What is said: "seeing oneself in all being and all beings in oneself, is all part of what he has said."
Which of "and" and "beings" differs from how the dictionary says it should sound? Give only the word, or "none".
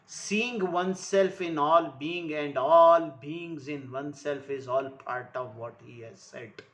none